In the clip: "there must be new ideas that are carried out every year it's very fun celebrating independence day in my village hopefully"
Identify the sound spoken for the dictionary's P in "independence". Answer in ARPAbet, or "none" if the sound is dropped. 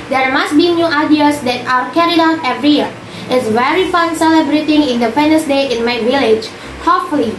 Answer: F